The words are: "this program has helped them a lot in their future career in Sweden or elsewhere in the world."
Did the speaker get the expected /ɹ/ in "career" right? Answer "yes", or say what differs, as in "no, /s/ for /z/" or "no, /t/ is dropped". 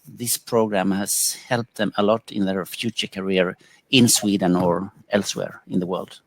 yes